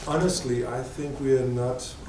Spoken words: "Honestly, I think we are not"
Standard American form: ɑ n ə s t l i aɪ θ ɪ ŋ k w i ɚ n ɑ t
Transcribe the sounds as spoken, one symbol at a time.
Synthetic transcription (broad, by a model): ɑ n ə s t l i aɪ θ ɪ ŋ k w i ɚ n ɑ t